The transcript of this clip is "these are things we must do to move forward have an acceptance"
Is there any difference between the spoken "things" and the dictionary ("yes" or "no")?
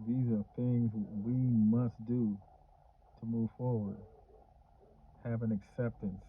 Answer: no